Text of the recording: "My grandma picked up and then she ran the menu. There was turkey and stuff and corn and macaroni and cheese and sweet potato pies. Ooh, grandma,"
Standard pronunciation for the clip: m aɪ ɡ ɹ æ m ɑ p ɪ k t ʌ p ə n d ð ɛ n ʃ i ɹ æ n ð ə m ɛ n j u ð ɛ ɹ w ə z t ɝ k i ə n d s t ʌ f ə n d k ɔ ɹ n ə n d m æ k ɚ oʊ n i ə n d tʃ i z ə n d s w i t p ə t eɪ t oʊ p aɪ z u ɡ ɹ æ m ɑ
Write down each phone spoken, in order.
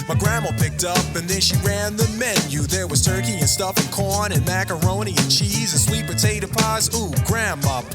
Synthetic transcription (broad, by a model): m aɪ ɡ ɹ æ m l p ɪ k t ʌ p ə n ð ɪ n ʃ i ɹ æ n ð ə m ɛ n j u ð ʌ ɹ w ə z t ɝ k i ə n s t ʌ f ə n k ɔ ɹ n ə n m æ k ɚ oʊ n i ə n tʃ i z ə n s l i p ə t eɪ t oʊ p aɪ z u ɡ ɹ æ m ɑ